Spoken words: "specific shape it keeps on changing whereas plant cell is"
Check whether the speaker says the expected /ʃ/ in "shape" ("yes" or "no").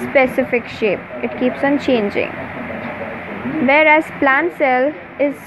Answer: yes